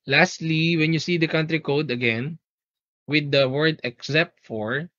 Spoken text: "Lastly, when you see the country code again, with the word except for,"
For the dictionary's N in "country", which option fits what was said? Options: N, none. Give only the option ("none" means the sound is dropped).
N